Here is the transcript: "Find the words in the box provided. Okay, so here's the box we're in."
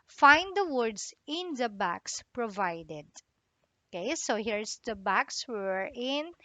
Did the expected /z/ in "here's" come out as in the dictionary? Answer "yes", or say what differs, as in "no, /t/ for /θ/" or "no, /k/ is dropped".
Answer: no, /s/ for /z/